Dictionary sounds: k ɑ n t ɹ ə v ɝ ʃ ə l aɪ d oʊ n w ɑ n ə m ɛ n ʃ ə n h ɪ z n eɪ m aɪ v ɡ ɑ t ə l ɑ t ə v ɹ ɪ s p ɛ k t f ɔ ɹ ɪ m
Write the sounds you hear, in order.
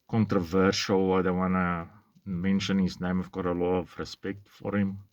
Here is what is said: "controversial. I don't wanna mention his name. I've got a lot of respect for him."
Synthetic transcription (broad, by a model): k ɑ n t ɹ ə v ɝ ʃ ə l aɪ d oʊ w ɑ n ə m ɛ n ʃ ə n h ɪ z n eɪ m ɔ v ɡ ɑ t ə l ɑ ə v ɹ ɪ s p ɛ k t f ɔ ɹ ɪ m